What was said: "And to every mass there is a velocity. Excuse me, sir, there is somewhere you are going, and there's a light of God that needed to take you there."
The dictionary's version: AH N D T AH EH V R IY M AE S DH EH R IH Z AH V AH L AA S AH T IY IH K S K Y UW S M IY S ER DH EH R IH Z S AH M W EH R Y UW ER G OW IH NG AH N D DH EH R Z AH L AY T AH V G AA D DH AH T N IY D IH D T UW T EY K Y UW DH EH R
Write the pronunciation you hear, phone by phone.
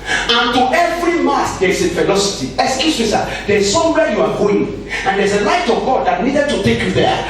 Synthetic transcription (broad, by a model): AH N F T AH EH V R IY M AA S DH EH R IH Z AH F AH L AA S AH T IY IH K S K Y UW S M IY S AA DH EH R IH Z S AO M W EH Y UW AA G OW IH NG AH N D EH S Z AH L AY T AH V G AA D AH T N IY D IH D T UW T EY K Y UW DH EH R